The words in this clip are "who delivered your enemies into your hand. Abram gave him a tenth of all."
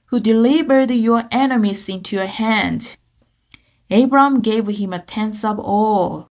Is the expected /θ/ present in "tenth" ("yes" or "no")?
no